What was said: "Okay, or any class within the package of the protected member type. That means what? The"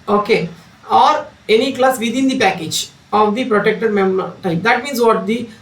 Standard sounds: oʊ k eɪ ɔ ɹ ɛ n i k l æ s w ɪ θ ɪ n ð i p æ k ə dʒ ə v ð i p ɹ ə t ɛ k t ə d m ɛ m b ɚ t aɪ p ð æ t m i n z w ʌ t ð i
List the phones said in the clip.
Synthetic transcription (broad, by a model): oʊ k eɪ ɔ ɹ ɛ n i k l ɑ s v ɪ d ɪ n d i p æ k ə dʒ ə v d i p ɹ ə t ɛ k t ə d m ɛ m ɚ t aɪ p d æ t m i n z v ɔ t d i